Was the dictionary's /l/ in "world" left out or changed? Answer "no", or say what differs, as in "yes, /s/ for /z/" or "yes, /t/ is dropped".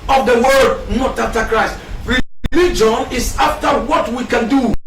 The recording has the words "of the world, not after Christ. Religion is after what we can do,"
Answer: yes, /l/ is dropped